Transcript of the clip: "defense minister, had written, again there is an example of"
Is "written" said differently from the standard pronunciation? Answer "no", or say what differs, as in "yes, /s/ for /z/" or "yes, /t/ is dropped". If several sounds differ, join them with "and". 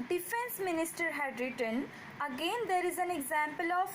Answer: no